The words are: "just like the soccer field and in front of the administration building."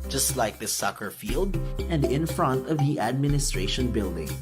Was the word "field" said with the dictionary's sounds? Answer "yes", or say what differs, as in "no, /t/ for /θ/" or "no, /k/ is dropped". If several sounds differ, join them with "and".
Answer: yes